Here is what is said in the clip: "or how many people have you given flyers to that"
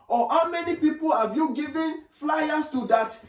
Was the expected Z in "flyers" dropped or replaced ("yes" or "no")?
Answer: yes